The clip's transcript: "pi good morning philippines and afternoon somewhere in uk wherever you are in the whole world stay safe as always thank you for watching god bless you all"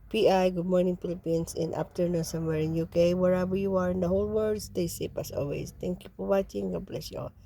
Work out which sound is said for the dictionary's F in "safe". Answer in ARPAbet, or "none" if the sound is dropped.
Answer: P